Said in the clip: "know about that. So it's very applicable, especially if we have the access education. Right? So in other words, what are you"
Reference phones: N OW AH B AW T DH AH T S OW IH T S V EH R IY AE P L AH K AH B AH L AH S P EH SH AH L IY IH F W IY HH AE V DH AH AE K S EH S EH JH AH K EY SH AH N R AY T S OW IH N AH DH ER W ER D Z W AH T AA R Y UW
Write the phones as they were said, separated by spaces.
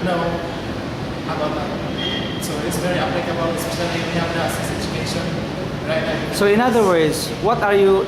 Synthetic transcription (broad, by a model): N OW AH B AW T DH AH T S OW IH T S V EH R IY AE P L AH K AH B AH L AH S IY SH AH N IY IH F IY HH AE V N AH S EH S EH JH AH K EY SH AH N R AY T S OW IH N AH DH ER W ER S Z W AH T AA R Y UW